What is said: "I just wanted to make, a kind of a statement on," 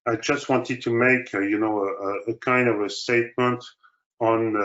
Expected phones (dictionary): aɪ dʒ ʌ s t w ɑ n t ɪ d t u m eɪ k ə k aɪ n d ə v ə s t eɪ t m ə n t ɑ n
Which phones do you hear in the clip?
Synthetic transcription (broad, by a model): aɪ dʒ ʌ s t w ɑ n t ɪ d t u m eɪ k ə k aɪ n d ə v ə s t eɪ t m ə n t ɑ n